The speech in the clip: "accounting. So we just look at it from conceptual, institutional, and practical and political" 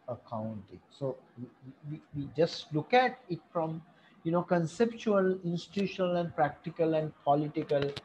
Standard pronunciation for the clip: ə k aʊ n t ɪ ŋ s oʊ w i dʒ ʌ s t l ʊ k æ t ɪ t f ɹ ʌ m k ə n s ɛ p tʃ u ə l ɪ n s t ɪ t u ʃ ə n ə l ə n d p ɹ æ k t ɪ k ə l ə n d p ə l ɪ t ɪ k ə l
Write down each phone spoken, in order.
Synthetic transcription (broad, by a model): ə k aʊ n t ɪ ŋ s oʊ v i dʒ ʌ s t l ʊ k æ t ɪ t f ɹ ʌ m k ə n s ɛ p tʃ u ə l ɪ n s t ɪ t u ʃ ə n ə l ə n d p ɹ æ k t ɪ k ə l ə n d p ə l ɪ t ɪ k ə l